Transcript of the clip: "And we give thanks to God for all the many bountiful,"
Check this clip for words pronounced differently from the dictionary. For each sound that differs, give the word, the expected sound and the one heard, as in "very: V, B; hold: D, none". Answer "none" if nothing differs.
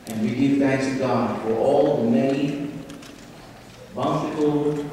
many: N, none